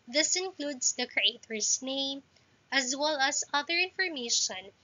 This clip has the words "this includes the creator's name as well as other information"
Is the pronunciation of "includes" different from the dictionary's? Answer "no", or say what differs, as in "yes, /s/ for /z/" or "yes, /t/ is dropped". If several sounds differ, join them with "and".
yes, /s/ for /z/